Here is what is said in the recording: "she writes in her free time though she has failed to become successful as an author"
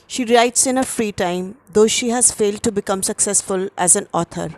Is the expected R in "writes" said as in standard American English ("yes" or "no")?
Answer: yes